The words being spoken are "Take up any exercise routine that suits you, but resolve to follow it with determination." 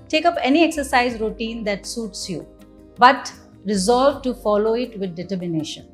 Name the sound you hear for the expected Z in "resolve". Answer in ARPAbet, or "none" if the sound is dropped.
Z